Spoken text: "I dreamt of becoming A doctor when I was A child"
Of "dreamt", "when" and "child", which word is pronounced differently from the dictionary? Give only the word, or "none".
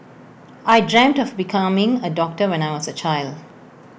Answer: none